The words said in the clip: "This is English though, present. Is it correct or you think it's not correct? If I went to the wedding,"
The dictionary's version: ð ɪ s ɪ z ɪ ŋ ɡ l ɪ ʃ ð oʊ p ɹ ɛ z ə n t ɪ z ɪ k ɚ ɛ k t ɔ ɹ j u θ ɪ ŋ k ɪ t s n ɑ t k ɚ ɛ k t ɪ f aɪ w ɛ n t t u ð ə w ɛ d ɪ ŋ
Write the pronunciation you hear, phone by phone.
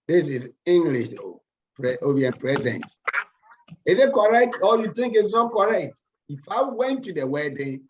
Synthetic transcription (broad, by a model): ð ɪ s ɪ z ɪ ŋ ɡ l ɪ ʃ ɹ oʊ p ɹ ɛ z ə n t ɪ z ɪ k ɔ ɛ k t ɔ l j u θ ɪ ŋ k ɪ t s n ɑ t k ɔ ɛ k t ɪ f aɪ w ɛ n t t u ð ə w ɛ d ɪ